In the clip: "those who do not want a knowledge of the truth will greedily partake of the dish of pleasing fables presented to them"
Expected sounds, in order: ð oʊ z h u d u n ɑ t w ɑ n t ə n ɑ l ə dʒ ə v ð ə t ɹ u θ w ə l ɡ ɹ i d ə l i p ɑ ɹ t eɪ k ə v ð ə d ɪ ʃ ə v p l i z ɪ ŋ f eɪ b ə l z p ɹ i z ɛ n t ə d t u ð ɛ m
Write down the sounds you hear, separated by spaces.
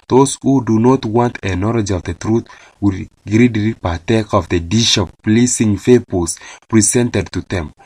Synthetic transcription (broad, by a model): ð oʊ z h u d u n ɑ t w ɑ n t ə n ɑ l ə dʒ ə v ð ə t ɹ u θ w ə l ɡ ɹ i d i p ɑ t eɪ k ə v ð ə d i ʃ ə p l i s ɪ ŋ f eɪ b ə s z p ɹ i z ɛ n t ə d t u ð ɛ m